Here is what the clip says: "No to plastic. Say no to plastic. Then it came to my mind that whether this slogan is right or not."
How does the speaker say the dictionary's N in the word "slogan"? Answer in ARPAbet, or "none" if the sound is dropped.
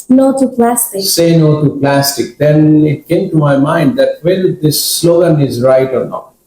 N